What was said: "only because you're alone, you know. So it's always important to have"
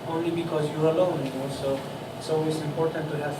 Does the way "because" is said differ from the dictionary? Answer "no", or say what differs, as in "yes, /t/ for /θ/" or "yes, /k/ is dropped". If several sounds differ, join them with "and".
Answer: no